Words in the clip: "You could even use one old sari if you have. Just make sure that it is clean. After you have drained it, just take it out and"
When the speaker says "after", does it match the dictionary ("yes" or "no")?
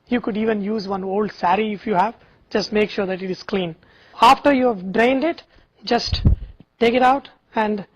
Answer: yes